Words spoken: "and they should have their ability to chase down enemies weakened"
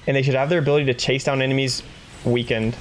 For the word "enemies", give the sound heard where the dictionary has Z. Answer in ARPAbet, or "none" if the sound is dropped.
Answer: Z